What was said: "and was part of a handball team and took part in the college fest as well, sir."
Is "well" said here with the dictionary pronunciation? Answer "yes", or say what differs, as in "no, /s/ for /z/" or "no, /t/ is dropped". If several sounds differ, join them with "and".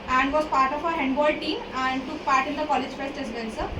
no, /n/ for /l/